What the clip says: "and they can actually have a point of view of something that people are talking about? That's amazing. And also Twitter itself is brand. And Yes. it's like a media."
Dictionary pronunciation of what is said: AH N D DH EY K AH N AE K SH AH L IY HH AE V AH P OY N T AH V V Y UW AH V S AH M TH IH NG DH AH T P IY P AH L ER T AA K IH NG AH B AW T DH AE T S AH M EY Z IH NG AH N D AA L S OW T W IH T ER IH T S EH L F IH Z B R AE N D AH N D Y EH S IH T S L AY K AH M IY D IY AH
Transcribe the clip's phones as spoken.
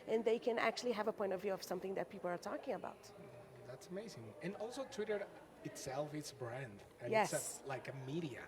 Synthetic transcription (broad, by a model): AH N DH EY K AH N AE K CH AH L IY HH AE V AH P OY N T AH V V Y UW AH V S AH M TH IH NG DH AH T P IY P L ER T AA K IH NG AH B AW T DH AE T S AH M EY Z IH NG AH N AA L S OW T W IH T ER IH T S EH L F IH S B R AE N D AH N Y EH S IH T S L AY K AH M IY D IY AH